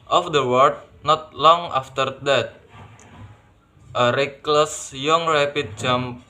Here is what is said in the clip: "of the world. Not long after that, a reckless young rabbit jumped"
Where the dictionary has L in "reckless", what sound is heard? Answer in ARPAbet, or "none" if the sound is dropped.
L